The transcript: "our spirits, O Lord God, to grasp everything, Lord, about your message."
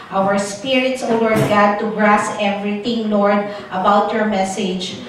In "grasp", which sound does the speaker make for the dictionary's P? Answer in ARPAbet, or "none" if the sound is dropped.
none